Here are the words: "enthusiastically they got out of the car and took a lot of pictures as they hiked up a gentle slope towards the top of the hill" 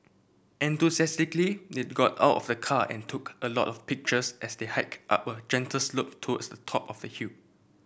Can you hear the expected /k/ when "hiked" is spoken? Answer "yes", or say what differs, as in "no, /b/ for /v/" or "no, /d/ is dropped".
yes